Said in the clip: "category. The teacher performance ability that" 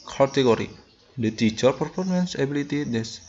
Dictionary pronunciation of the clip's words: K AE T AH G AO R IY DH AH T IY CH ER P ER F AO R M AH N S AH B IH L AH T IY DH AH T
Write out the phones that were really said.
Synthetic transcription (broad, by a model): K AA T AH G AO R IY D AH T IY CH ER P ER F AO R M AH N S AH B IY L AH T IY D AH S